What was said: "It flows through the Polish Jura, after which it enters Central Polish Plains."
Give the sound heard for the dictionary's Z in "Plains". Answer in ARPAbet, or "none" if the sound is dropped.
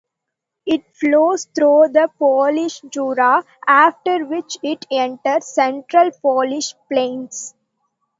S